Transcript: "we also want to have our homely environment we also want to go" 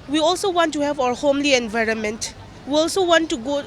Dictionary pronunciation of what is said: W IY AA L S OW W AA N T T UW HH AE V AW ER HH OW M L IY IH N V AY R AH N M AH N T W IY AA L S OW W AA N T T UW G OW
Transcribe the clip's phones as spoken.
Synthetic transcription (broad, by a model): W IY AA L S OW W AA N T T UW HH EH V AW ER HH OW M L IY IH N V AY R AH N M AH N T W IY AA L S OW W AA N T T UW G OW